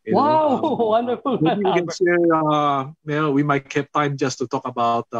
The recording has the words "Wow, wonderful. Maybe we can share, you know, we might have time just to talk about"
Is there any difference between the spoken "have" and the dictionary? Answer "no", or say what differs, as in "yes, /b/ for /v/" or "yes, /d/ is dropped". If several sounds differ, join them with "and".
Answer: yes, /p/ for /v/